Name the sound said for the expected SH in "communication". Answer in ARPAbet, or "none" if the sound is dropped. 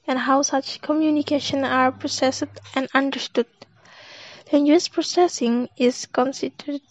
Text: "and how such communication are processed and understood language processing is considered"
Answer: SH